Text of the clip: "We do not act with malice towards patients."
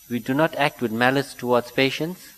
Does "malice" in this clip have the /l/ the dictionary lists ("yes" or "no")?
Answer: yes